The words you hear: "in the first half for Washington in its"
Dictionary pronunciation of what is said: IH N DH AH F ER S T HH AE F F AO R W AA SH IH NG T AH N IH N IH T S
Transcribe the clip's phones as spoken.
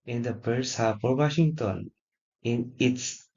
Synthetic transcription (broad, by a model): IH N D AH P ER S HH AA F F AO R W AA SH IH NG T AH N IH N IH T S